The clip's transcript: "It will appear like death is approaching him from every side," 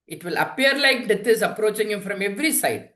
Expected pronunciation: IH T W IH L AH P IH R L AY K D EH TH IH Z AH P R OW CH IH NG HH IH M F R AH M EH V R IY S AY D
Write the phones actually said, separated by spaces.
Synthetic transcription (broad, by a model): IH T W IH L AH P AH R L AY K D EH T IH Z AH P R OW CH IH NG HH IH M F R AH M EH V R IY S AY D